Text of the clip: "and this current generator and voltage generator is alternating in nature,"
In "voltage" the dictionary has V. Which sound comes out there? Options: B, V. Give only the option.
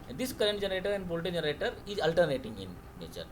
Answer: B